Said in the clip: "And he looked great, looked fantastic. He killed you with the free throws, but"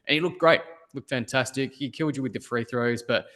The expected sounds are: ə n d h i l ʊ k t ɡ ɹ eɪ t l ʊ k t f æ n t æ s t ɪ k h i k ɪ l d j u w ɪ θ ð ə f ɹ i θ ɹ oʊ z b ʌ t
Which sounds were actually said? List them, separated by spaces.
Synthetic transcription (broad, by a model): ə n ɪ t l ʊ k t ɡ ɹ eɪ t l ʊ k t f æ n t æ s t ɪ k h i k ɪ l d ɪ w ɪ ð ə f ɹ i θ ɹ oʊ z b ʌ t